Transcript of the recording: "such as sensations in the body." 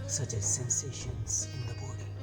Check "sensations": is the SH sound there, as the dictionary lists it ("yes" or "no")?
yes